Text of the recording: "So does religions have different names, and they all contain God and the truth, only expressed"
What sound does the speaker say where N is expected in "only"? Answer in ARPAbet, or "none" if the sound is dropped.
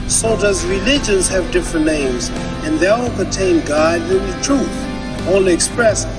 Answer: none